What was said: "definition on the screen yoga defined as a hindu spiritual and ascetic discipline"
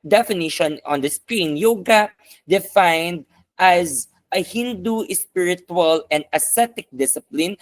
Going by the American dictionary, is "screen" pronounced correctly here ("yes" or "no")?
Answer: yes